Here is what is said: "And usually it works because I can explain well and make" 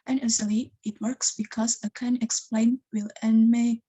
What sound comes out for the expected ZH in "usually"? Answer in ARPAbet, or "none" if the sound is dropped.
Z